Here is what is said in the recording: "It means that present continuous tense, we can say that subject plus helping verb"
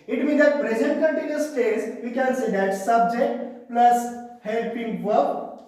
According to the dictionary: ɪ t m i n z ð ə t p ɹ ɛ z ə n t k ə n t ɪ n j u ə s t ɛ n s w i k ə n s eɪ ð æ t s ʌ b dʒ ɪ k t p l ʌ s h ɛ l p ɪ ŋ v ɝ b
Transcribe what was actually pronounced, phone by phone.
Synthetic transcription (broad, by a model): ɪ t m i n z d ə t p ɹ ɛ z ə n t k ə n t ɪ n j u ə s t ɛ s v i k ə n s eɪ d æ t s ʌ b dʒ ɪ k t p l ʌ s h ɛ l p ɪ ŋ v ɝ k